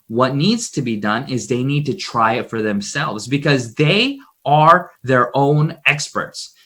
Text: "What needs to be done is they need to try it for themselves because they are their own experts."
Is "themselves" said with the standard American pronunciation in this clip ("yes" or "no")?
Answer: yes